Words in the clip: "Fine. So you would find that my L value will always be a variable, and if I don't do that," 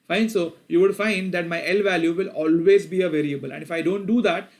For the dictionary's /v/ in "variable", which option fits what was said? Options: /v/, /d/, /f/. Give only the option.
/v/